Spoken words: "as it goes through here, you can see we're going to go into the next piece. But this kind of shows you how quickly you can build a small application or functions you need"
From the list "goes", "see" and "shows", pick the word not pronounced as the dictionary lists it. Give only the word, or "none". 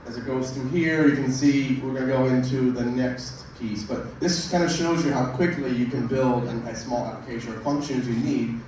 none